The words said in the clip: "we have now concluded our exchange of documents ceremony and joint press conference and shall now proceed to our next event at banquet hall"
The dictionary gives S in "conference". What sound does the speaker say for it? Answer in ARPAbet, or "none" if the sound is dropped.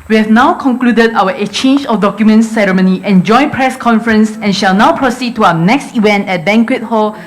S